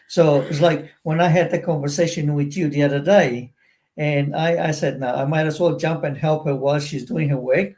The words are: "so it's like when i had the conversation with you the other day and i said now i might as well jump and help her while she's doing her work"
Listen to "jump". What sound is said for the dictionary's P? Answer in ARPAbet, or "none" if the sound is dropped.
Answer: P